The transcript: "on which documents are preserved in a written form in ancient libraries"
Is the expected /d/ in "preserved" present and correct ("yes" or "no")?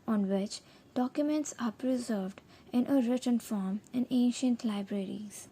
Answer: yes